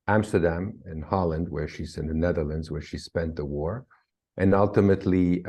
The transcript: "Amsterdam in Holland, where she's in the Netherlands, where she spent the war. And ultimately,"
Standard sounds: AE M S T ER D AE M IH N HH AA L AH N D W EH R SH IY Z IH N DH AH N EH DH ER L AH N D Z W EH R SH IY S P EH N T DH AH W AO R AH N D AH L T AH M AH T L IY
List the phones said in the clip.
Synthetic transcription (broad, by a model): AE M S T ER D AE M IH N HH AA L AH N D W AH R SH IY Z IH N DH AH N EH DH ER L AH N D Z W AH R SH IY S P EH N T DH AH W AO R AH N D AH L T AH M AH T L IY